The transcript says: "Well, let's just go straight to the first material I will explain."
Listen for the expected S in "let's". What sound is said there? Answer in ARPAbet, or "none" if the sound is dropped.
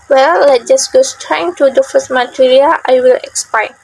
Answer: none